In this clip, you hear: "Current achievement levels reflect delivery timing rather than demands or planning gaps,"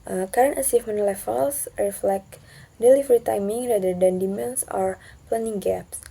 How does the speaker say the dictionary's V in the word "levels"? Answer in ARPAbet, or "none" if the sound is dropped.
F